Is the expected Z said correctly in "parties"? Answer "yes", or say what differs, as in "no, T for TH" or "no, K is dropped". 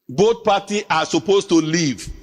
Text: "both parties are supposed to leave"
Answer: no, Z is dropped